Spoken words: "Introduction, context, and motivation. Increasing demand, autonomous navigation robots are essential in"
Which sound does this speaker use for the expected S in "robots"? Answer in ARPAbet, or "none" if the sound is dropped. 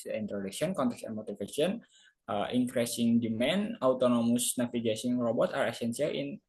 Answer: none